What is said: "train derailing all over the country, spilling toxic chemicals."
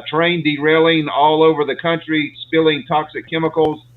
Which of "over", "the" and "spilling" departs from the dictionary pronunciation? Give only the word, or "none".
none